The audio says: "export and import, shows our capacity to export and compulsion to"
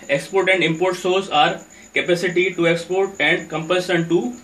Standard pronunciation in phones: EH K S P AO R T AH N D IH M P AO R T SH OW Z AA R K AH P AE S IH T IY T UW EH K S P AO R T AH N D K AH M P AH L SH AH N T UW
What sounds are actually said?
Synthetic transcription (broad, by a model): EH K S P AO R T AH N D IH M P AO R T S OW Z AA R K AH P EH S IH T IY T UW EH K S P AO R T AH N D K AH M P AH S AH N T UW